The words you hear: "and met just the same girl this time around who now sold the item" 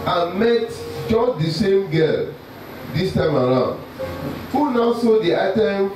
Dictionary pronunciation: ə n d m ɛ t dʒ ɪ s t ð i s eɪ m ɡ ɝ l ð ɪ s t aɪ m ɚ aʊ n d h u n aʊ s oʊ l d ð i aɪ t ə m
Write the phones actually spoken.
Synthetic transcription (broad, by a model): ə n m ɛ t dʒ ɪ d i s eɪ m ɡ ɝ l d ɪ s t aɪ m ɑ aʊ n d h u n aʊ s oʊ d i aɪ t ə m